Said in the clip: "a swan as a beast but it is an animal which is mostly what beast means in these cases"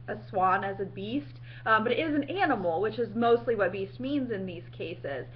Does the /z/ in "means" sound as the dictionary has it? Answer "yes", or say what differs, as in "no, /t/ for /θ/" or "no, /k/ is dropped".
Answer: yes